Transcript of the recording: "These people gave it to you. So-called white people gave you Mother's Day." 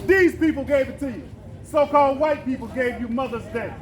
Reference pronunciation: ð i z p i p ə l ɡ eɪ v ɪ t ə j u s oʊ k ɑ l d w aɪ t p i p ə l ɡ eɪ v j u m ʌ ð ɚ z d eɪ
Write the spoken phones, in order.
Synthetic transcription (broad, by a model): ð i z p i p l ɡ eɪ v ɪ t ə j s oʊ k ɑ l d w aɪ t p i p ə l ɡ eɪ v j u m ʌ ð ɚ z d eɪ